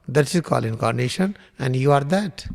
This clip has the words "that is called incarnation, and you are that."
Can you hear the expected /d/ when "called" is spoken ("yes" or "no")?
no